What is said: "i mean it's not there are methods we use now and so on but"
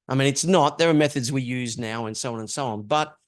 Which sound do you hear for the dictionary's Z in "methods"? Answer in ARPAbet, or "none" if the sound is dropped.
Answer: Z